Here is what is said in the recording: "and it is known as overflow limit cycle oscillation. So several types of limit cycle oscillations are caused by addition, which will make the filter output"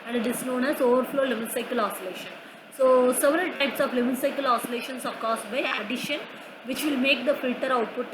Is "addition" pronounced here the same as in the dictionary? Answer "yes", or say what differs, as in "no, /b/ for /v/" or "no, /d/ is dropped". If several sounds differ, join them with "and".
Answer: yes